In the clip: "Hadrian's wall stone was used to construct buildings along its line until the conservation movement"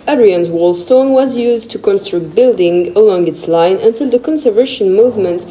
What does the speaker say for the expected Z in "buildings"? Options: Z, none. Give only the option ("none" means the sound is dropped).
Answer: none